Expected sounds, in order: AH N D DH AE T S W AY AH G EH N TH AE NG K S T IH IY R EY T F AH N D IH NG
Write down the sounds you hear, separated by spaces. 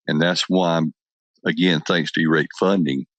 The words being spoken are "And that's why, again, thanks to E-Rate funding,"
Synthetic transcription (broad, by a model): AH N DH AE T S W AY AH G EH N TH AE NG K S T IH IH R EY T F AH N D IH NG